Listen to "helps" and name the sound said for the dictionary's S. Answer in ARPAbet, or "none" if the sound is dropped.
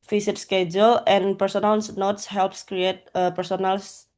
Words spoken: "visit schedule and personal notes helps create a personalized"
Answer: S